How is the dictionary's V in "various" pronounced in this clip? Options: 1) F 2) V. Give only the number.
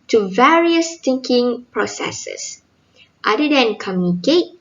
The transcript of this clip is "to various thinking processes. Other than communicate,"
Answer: 2